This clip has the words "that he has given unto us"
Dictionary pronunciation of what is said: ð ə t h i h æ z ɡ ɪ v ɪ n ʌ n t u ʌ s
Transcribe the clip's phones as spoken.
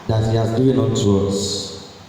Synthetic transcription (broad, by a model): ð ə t h i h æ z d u ɪ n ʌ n t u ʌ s